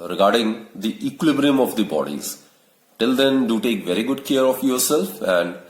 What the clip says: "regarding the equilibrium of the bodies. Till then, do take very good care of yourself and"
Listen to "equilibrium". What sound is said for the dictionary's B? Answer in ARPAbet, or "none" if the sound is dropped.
B